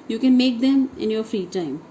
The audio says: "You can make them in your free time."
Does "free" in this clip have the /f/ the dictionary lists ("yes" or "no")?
yes